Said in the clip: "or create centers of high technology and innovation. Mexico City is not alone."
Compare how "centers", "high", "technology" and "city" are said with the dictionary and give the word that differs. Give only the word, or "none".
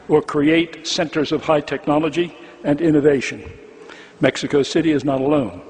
none